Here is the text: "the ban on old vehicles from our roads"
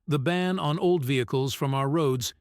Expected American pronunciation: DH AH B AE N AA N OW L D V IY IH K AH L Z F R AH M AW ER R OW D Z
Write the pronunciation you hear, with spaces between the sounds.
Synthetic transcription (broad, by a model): DH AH B AE N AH N OW L D V IY IH K AH L Z F R AH M AW ER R OW D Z